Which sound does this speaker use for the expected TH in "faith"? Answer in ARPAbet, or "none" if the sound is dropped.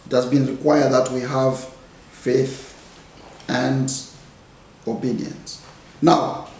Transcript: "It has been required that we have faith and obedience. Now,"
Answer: TH